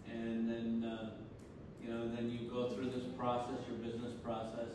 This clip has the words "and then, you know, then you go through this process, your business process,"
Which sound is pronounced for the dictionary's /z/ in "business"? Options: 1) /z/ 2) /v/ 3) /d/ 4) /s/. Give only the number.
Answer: 1